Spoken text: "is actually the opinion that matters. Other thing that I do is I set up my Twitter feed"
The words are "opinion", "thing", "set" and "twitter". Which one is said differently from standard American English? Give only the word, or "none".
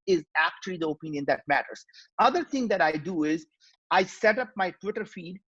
thing